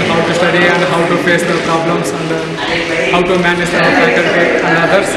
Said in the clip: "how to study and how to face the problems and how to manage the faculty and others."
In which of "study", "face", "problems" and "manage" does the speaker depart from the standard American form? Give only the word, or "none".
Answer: problems